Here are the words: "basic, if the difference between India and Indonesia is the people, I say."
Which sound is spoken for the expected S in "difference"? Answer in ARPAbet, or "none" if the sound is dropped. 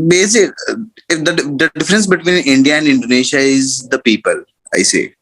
S